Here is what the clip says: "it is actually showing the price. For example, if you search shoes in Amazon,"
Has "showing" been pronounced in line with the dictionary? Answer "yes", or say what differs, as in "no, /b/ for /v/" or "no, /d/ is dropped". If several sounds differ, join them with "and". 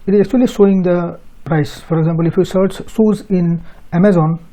no, /s/ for /ʃ/